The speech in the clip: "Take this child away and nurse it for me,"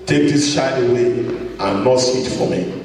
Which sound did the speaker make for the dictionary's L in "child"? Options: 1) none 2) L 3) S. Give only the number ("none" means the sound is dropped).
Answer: 1